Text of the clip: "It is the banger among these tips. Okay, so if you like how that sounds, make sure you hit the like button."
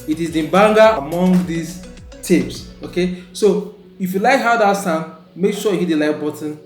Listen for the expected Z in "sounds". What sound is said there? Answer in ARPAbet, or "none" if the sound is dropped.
none